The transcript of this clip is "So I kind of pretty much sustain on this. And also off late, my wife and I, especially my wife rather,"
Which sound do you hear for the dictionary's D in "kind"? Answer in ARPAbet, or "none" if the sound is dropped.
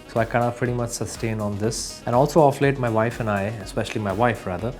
none